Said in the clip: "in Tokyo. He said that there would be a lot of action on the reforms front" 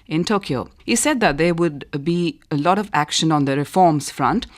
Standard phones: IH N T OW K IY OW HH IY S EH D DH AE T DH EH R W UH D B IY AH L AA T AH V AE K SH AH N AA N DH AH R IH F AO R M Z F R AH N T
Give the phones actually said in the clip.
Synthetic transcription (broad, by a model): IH N T OW K IY OW HH IY S EH D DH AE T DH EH R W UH D B IY AH L AA T AH V AE K SH AH N AA N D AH R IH F AO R M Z F R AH N T